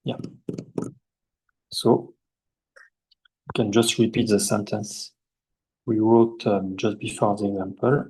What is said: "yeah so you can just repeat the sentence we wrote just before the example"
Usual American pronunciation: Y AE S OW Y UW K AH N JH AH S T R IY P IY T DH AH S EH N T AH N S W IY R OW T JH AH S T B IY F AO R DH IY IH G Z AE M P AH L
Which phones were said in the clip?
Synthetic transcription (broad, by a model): Y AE S OW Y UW K AH N JH AH S T R IY P IY T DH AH S EH N T AH N S W IY W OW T JH AH S T B IY F AO R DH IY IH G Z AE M P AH L